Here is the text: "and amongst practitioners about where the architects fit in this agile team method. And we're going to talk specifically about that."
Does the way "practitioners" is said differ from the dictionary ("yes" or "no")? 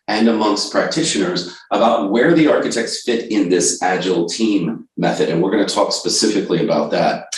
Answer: no